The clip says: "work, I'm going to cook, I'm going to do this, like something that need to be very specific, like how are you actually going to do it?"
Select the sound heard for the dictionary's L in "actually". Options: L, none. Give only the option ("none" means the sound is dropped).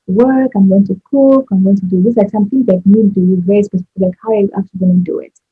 none